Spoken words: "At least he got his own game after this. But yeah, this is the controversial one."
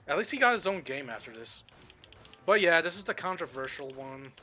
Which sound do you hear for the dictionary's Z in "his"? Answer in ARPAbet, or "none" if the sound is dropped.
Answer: Z